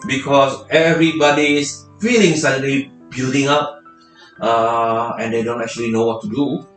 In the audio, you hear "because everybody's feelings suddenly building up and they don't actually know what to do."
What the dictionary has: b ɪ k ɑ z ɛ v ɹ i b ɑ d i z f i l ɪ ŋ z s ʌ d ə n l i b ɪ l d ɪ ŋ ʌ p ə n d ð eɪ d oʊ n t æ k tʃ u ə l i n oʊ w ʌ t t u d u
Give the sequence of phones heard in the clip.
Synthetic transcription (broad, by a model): b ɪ k ɑ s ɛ v ɹ i b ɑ d i s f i l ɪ ŋ s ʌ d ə l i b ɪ l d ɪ ŋ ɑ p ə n d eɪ d oʊ n t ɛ k tʃ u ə l i n oʊ w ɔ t t u d u